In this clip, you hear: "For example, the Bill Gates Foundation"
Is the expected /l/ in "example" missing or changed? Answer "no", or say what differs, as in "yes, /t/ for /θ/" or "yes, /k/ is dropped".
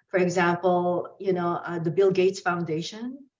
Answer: yes, /n/ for /l/